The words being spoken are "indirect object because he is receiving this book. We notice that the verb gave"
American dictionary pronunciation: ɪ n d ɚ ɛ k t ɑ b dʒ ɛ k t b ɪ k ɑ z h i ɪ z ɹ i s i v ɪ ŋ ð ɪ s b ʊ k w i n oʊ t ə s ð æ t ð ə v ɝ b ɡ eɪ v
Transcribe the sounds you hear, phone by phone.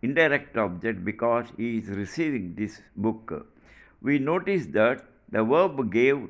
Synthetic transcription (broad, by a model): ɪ n d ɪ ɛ k t ɑ b dʒ ɛ k t b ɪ k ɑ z h i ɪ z ɹ i s i v ɪ ŋ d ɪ s b ʊ k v i n oʊ t ə s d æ t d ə v ɝ b ɡ eɪ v